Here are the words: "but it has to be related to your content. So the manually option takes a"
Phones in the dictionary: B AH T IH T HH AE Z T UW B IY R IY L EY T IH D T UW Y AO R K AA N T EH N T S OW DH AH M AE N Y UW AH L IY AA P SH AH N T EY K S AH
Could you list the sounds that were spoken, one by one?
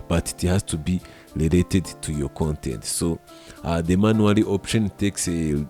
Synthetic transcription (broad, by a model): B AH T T HH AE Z T UW B IY L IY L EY T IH D T UW Y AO K AA N T EH N T S OW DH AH M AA N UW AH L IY AA P SH AH N T EY K S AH